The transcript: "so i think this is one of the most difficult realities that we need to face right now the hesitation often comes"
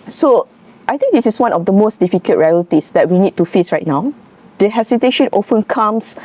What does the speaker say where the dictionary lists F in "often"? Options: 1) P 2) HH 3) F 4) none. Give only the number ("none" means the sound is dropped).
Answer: 3